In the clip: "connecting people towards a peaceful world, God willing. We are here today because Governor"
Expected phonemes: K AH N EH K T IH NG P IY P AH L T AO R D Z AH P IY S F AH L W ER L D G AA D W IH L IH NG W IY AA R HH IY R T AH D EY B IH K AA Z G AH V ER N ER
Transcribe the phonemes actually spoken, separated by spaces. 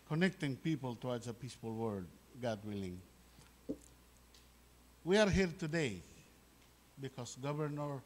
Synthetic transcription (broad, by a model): K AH N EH K T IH NG P IY P AH L T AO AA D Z AH P IY S F AH L W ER D G AA D W IH L IH NG W IY AA R HH IY R T AH D EY B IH K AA S G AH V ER N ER